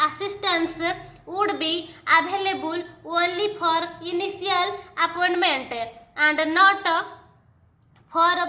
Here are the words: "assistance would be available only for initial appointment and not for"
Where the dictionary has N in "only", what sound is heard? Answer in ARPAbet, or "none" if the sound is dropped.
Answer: none